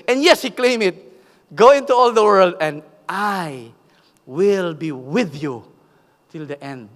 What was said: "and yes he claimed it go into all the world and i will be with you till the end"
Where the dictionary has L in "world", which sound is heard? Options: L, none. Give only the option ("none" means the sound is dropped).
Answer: L